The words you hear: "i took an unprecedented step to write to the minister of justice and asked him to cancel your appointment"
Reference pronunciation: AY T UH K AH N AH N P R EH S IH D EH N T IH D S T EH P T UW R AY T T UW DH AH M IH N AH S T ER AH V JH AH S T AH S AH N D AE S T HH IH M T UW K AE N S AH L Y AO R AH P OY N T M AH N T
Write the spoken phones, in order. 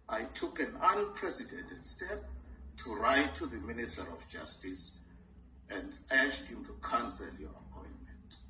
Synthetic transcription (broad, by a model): AY T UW K AH N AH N P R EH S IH D EH N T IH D S T EH P T UW R AY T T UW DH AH M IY N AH S T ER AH F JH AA S T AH S AH N D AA SH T HH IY M T UW K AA N S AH L Y AO R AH P OY N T M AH N T